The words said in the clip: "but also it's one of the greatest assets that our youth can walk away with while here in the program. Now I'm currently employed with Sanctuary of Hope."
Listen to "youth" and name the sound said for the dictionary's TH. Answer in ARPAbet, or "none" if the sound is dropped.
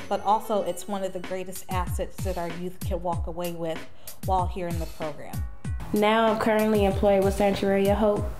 TH